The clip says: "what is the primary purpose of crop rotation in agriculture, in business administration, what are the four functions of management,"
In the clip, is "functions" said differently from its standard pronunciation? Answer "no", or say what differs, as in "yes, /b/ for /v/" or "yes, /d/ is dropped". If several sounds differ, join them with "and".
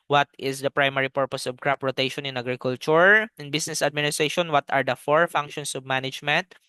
yes, /s/ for /z/